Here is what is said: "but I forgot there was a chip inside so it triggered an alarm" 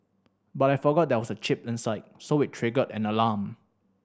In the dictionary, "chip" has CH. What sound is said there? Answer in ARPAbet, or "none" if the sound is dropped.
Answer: CH